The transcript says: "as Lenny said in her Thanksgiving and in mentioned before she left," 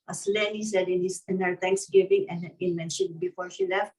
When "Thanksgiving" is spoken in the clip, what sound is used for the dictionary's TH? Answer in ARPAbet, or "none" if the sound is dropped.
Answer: T